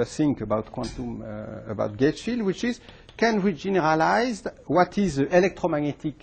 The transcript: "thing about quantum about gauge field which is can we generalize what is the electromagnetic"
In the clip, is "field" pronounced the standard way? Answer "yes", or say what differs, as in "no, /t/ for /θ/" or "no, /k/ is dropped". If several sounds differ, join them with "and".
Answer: yes